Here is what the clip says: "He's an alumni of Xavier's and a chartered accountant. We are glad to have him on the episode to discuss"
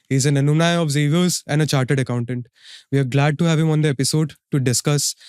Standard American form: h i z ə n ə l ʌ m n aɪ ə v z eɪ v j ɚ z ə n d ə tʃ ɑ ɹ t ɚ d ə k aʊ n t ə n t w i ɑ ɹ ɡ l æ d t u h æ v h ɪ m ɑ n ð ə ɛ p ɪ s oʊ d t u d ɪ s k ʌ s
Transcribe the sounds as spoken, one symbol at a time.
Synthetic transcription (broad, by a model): h i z ə n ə n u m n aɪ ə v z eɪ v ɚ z ə n d ə tʃ ɑ ɹ t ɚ d ə k aʊ n t ə n t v i ɑ ɹ ɡ l æ d t u h æ v h ɪ m ɑ n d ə ɛ p ɪ s oʊ d t u d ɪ s k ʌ s